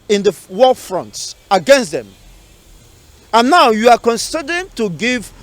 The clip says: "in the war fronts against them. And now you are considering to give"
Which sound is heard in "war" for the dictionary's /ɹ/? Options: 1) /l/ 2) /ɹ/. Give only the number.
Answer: 1